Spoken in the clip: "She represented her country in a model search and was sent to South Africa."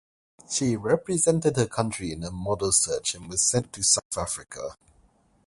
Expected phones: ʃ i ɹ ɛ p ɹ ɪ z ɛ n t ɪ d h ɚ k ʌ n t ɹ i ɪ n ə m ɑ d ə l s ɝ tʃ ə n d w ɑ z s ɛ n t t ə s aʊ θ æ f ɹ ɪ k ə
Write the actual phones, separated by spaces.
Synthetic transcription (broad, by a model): ʃ i ɹ ɛ p ɹ ɪ z ɛ n t ɪ d h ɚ k ʌ n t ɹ i ɪ n ə m ɑ d ə l s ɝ tʃ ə n w ɑ z s ɛ n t t ə s aʊ θ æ f ɹ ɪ k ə